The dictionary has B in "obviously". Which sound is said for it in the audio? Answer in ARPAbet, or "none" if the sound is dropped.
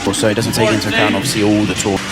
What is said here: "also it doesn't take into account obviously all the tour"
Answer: none